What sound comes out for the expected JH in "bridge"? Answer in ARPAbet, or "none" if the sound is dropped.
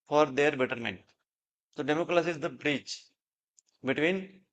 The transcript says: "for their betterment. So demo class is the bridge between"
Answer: CH